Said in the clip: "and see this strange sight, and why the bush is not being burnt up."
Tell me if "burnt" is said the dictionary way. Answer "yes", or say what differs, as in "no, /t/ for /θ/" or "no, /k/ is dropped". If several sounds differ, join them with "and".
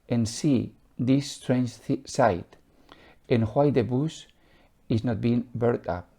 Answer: no, /n/ is dropped